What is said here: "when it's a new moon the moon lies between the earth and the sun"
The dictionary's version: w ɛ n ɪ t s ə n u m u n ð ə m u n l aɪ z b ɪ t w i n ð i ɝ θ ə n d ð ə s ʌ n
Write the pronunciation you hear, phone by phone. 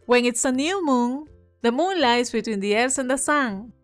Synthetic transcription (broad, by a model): w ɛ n ɪ t s ə n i m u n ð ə m u n l aɪ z b ɪ t w i n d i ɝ s ə n d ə s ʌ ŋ